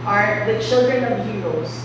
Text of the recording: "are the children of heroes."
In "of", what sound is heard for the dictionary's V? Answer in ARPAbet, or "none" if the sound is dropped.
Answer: V